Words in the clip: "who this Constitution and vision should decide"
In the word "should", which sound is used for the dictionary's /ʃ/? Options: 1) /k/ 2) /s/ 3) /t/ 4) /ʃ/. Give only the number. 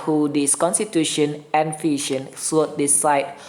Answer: 2